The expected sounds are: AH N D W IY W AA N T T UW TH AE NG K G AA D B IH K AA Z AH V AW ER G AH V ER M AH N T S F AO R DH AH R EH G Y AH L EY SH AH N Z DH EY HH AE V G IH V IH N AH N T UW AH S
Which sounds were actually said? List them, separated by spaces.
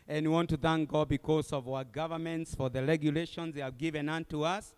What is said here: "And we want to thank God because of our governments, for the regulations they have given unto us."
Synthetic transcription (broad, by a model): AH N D W IY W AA N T T UW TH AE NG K G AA B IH K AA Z AH V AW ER G AH V ER M AH N T S F AO R DH AH R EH G Y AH L EY SH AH N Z DH EY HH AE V G IH V IH N AH N T UW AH S